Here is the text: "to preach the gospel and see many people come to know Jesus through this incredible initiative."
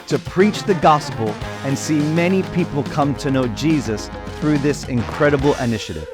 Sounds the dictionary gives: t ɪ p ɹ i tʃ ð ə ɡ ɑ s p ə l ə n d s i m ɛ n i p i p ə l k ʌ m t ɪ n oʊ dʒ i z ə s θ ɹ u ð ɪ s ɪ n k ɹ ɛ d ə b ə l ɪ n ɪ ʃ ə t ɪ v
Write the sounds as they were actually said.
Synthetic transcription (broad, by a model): t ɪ p ɹ i tʃ ð ə ɡ ɑ s p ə l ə n s i m ɛ n i p i p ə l k ʌ m t ɪ n oʊ dʒ i z ə s θ ɹ u ð ɪ s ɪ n k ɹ ɛ d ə b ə l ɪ n ɪ ʃ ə t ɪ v